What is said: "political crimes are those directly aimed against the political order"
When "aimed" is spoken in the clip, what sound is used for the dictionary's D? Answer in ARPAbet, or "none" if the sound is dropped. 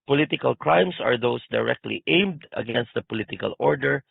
D